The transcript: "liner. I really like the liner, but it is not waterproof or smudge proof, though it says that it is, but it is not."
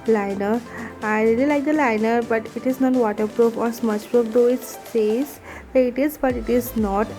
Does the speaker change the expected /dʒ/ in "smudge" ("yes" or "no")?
yes